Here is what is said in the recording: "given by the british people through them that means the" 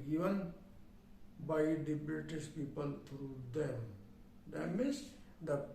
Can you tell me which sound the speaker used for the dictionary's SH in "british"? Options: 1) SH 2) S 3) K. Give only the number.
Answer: 2